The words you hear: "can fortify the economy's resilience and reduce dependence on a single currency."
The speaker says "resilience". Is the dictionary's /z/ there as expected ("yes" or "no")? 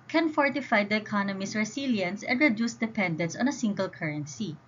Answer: no